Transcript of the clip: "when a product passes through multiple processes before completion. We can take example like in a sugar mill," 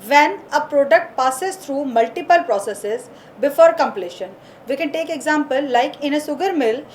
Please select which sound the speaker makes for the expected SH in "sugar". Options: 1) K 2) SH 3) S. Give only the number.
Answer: 3